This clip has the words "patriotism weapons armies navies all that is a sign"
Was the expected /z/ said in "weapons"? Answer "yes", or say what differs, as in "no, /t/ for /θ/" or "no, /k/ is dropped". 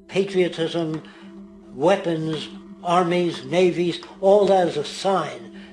yes